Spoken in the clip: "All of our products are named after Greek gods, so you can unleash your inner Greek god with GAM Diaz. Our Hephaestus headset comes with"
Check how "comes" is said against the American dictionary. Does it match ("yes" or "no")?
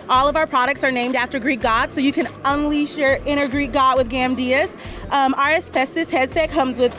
yes